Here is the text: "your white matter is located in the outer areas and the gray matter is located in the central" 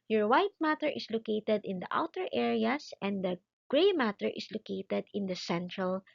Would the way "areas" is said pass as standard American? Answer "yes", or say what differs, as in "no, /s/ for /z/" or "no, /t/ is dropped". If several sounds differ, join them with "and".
no, /s/ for /z/